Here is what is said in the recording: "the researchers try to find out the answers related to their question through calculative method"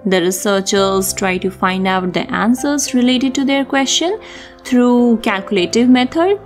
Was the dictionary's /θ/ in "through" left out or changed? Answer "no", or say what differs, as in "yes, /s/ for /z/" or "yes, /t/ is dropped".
yes, /t/ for /θ/